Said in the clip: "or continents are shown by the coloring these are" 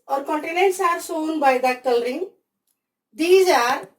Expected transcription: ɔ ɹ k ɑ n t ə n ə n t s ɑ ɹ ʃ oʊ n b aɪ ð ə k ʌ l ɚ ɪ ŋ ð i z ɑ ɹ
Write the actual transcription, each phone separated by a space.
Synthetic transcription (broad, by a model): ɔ ɹ k ɑ n t ə n ə n t s ɑ ɹ s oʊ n b aɪ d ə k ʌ l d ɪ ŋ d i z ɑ ɹ